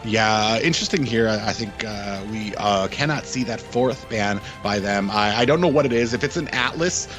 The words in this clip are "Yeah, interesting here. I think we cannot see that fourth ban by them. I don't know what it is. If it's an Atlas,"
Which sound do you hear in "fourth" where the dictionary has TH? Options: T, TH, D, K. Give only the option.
TH